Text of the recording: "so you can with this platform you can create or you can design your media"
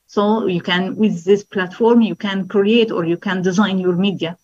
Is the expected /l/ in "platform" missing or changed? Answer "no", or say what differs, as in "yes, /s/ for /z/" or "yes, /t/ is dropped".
no